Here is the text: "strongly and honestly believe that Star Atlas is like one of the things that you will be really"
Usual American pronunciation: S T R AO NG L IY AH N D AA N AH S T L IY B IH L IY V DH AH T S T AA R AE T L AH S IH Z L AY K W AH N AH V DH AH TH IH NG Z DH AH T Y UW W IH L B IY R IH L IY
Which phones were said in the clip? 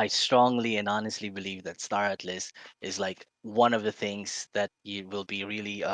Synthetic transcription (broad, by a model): S T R AO NG L IY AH N AA N AH S T L IY B IH L IY V DH AH T S T AA R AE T L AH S IH Z L AY K W AH N AH V DH AH TH IH NG Z DH AH T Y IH W IH L B IY R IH L IY